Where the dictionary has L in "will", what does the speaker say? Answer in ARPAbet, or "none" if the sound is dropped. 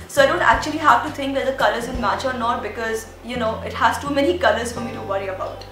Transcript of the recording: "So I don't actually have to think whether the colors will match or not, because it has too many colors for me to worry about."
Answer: N